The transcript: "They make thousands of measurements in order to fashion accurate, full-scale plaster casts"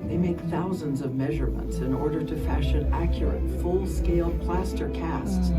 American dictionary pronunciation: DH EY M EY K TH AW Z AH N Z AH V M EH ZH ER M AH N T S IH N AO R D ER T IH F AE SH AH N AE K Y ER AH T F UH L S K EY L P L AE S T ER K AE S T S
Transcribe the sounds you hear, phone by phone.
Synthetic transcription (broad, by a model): DH EY M EY K TH AW Z AH N Z AH V M EH ZH ER M AH N T S IH N AO R D ER T IH F AE SH AH N AE K Y ER AH T F UH L S K EY L P L AE S T ER K AE S T S